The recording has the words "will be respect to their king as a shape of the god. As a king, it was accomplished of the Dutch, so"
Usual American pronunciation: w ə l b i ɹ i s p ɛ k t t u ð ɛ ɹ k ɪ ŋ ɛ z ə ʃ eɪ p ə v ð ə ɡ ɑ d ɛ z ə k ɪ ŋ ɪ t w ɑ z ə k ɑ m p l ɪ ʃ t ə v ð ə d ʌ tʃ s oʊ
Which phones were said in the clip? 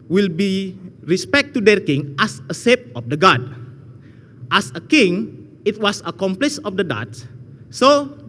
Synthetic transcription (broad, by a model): w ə l b i ɹ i s p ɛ k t t u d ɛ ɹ k ɪ ŋ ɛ s ə s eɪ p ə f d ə ɡ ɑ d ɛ s ə k ɪ ŋ ɪ t w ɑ s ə k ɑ m p l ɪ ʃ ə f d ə d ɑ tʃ s oʊ